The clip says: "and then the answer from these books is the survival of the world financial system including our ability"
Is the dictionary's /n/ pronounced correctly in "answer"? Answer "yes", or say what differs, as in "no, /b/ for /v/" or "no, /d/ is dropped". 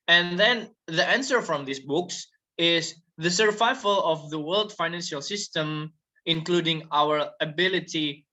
yes